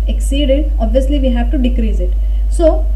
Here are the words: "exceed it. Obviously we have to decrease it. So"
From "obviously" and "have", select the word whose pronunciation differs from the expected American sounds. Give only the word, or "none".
none